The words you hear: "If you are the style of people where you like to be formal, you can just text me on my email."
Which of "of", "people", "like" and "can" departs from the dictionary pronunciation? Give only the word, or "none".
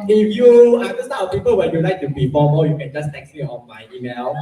of